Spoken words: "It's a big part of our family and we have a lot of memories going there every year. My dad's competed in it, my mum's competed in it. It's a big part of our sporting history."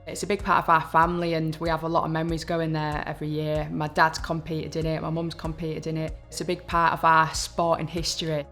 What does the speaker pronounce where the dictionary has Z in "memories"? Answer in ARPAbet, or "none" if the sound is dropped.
Z